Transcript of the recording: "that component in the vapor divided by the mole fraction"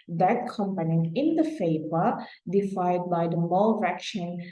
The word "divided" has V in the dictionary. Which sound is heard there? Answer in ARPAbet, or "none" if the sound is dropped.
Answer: F